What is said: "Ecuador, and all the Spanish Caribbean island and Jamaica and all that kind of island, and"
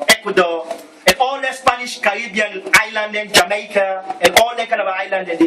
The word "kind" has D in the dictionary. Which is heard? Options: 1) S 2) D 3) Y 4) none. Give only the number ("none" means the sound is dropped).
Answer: 4